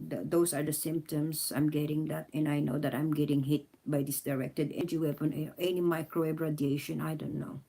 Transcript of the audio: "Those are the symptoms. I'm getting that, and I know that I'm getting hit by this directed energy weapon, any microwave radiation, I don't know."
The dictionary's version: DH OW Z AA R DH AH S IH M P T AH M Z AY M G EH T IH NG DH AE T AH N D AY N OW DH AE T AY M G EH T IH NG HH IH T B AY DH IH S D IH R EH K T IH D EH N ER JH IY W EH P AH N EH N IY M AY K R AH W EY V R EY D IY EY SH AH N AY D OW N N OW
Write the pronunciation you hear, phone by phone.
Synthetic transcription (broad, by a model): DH OW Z AA R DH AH S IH M P T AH M S AY M G EH T IH NG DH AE T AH N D AY N OW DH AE T AY M G EH T IH NG HH IH T B AY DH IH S D IH R EH K T IH D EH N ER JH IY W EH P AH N EH N IY M AY K R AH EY B R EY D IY EY SH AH N AY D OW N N OW